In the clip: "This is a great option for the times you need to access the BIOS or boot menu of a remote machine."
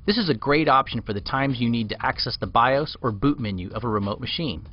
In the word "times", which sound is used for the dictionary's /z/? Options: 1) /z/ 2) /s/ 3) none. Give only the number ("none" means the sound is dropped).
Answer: 1